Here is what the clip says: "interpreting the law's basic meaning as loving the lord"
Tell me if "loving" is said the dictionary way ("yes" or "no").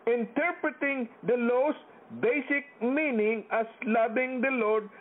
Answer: no